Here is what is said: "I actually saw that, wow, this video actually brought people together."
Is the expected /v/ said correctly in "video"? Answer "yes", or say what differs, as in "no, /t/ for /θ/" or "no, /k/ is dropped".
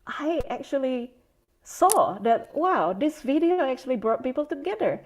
yes